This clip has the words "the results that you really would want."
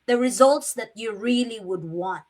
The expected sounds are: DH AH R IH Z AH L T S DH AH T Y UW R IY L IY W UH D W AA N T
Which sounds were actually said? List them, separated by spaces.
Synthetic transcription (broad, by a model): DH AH R IH Z AH L T S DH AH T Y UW R IY L IY W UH D W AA N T